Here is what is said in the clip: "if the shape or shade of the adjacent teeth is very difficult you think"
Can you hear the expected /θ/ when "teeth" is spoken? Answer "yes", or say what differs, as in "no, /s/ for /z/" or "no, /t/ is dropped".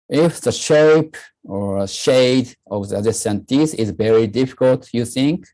no, /s/ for /θ/